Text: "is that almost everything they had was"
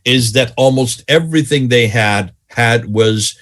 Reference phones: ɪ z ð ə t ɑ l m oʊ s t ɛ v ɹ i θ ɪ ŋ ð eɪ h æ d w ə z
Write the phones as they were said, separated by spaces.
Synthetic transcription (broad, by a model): ɪ z ð ə t ɑ l m oʊ s t ɛ v ɹ i θ ɪ ŋ ð eɪ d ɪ d w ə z